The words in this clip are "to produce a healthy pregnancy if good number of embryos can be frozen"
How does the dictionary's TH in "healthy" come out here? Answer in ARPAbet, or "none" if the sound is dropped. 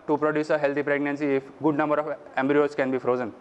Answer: T